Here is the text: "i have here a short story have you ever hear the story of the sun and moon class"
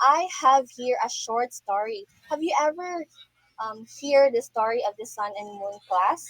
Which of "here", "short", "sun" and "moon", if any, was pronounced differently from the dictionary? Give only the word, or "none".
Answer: none